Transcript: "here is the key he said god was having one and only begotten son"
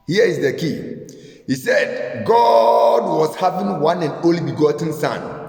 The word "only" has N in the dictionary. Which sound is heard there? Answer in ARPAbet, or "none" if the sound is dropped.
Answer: none